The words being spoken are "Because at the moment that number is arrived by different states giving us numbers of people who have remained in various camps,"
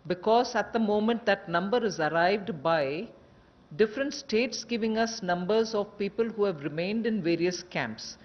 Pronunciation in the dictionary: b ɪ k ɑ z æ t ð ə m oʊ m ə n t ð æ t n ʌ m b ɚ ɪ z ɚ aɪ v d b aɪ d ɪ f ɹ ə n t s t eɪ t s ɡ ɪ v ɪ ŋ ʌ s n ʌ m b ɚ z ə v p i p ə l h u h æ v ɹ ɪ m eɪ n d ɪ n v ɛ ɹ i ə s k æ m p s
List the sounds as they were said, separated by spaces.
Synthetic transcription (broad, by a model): b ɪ k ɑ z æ t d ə m oʊ m ə n t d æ t n ʌ m b ɚ ɪ z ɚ aɪ v d b aɪ d ɪ f ɹ ə n t s t eɪ t s ɡ ɪ v ɪ ŋ ʌ s n ʌ m b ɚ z ə v p i p ə l h u h æ v ɹ ɪ m eɪ n d ɪ n v ɛ ɹ i ə s k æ m p s